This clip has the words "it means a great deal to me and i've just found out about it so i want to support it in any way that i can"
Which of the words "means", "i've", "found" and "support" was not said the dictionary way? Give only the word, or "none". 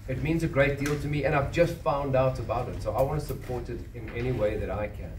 none